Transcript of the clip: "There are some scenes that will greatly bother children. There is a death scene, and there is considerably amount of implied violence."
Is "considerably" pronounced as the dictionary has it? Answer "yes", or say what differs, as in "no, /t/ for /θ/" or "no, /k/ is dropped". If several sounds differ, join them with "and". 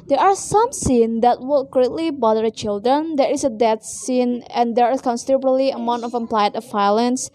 no, /b/ is dropped